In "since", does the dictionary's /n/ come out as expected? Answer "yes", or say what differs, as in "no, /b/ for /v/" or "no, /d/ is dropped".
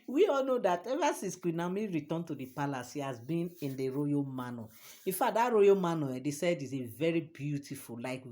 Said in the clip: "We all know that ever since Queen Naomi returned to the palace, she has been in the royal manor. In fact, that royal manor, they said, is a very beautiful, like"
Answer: no, /n/ is dropped